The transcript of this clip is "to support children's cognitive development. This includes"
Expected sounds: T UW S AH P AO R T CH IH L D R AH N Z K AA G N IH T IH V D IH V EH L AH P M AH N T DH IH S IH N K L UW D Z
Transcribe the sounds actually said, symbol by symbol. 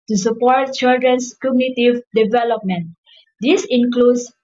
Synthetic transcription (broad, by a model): T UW S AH P AO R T CH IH L D R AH N S K AA G N IH T IH V D IH V EH L AH P M AH N T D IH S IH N K L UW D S